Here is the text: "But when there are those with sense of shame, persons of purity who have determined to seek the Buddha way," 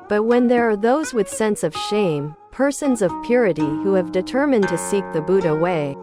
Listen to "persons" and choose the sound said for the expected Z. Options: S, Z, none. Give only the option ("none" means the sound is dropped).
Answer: Z